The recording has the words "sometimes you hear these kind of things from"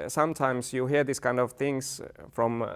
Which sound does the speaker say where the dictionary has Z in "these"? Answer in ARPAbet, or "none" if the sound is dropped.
S